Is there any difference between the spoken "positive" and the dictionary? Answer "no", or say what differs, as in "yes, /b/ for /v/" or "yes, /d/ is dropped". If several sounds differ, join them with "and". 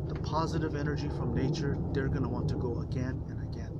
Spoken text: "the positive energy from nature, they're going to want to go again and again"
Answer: no